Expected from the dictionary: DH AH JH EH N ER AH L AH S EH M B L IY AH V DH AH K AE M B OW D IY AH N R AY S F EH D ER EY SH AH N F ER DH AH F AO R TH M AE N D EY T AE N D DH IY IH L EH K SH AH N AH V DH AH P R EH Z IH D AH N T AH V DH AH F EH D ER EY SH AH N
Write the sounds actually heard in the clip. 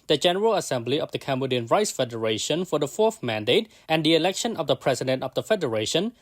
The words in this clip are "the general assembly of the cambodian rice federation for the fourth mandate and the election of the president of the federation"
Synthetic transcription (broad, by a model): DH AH JH EH N ER AH L AH S EH M B L IY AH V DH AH K AE M B OW D IY AH N R AY S F EH D ER EY SH AH N F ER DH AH F AO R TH M AE N D EY T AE N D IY IH L EH K SH AH N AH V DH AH P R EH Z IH D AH N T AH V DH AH F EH D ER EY SH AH N